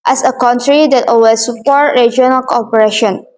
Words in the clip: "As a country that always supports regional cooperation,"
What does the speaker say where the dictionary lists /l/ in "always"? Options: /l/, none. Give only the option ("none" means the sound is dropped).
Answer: none